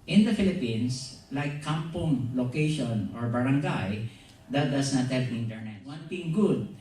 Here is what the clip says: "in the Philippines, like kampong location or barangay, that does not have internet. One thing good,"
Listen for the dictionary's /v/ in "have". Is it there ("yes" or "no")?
no